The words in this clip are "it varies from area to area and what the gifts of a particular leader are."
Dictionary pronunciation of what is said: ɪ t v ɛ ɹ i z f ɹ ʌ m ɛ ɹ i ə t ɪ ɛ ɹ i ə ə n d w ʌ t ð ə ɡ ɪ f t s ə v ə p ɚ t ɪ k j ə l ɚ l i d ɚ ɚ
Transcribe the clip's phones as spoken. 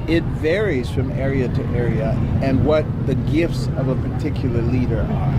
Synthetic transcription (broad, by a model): ɪ t v ɛ ɹ i z f ɹ ʌ m ɛ ɹ i ə t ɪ ɛ ɹ i ə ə n w ʌ t ð ə ɡ ɪ f t s ə v ə p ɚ t ɪ k j l ɚ l i d ɚ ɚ